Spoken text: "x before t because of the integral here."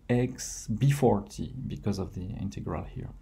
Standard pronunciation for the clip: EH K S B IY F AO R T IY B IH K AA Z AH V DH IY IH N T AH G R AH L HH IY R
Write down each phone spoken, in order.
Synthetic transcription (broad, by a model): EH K S B IY F AO R T IY B IH K AA Z AH V DH IY IH N T AH G R AH L HH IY R